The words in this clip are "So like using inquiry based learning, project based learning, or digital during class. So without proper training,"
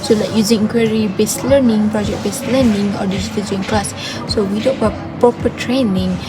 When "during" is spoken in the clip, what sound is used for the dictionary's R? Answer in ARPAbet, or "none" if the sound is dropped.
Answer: none